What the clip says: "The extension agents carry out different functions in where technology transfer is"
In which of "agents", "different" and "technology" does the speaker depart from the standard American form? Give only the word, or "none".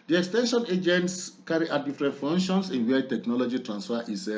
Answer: different